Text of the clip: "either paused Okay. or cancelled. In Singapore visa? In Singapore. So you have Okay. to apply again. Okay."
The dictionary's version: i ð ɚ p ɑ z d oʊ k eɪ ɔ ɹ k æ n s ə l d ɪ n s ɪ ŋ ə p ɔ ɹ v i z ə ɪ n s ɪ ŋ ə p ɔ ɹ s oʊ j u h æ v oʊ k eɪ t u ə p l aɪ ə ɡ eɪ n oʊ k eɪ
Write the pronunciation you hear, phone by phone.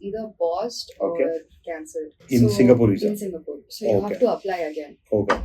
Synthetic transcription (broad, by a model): i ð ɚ b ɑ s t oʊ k eɪ ɹ k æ n s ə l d ɪ n s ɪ ŋ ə p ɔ ɹ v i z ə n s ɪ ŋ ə p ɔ ɹ s oʊ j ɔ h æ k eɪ t u ə p l aɪ ə ɡ eɪ n oʊ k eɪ